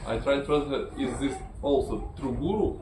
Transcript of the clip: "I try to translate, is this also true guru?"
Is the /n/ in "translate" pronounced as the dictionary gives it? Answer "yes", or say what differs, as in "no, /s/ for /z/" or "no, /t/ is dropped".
no, /n/ is dropped